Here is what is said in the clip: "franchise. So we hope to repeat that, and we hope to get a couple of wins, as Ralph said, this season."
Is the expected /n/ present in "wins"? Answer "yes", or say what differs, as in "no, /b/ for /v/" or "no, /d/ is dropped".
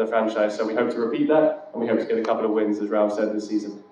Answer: yes